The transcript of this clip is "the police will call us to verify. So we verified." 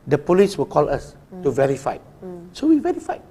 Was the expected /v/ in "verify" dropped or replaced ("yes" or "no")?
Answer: no